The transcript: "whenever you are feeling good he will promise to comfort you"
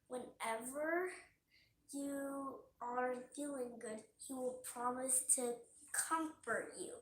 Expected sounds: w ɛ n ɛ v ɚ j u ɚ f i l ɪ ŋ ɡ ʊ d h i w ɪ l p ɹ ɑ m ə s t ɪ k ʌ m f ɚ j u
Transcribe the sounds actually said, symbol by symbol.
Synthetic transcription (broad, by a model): w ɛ n ɛ v ɚ j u ɚ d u ɪ ŋ ɡ ʊ d h i w ɪ l p ɹ ɑ m ə s t ɪ k ʌ m f ɚ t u